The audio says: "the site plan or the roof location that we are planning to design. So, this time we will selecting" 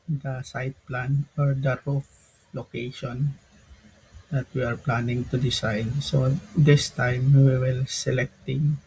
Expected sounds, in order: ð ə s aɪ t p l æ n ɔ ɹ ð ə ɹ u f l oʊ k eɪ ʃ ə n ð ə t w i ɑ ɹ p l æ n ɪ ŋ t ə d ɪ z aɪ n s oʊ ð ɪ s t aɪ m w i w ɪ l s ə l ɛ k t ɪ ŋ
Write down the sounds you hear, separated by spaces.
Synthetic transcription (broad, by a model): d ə s aɪ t p l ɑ n ɔ ɹ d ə ɹ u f l oʊ k eɪ ʃ ə n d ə t w i ɑ ɹ p l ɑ n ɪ ŋ t ə d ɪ s aɪ n s oʊ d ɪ s t aɪ m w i w ɪ l s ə l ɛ k t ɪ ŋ